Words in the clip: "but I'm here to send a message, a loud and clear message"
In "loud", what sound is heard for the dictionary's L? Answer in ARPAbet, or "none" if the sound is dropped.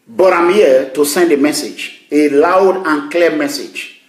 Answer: L